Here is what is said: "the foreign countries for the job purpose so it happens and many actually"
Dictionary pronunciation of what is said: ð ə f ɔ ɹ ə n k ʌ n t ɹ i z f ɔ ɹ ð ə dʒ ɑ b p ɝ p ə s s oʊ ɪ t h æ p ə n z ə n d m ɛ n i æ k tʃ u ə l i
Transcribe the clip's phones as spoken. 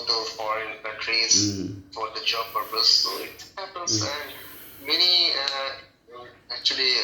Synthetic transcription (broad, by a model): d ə f ɔ ɹ ə n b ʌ t ɹ i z f ɔ ɹ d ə dʒ ɑ b p ɝ p ə s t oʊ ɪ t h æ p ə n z ə n d m ɛ n i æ k tʃ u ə l i